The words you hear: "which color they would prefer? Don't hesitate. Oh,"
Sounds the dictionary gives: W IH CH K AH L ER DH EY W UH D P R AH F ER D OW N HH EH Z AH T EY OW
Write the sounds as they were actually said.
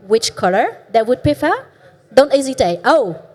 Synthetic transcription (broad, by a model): W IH CH K AH L ER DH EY W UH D P AH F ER D OW N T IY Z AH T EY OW